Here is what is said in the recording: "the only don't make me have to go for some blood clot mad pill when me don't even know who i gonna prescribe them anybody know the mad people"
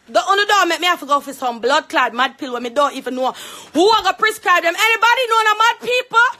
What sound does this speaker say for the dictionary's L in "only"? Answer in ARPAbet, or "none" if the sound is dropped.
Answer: none